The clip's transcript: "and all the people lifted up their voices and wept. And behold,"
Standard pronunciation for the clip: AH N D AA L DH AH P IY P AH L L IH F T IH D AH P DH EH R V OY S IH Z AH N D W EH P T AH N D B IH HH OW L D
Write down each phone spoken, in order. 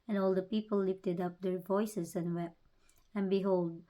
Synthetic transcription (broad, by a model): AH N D AA L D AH P IY P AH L L IH F T IH D AH P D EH R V OY S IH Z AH N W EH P AH N B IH HH OW L D